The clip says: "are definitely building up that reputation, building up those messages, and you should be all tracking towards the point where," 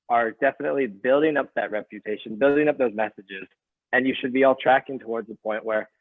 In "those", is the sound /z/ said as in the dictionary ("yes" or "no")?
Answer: yes